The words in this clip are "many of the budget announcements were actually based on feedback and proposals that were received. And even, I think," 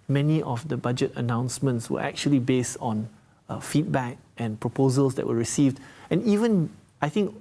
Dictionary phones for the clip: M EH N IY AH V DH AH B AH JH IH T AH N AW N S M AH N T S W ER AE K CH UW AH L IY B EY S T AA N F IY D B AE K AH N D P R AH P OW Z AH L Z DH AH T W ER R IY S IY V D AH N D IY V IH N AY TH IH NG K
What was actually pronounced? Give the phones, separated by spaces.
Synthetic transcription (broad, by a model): M EH N IY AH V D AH B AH JH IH T AH N AW N S M AH N T S W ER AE K CH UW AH L IY B EY S T AA N F IY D B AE K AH N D P R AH P OW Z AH L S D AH T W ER R IY S IY V D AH N IY V IH N AY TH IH NG K